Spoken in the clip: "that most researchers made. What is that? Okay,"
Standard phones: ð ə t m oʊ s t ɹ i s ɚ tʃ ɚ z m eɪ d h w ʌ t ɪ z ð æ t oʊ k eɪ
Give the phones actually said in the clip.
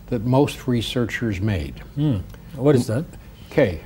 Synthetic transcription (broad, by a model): ð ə t m oʊ s t ɹ i s ɚ tʃ ɚ z m eɪ d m w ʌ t ɪ z ð æ t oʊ k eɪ